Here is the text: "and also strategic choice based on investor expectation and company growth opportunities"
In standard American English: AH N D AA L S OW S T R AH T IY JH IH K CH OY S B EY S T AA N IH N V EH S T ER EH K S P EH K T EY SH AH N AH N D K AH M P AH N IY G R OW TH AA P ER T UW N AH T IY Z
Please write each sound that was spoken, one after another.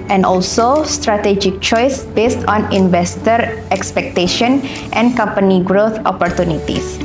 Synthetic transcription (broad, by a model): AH N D AA L S OW S T R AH T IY JH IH K CH OY S B EY S T AA N IH N V EH S T ER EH K S P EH K T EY SH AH N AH N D K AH M P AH N IY G R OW T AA P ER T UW N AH T IY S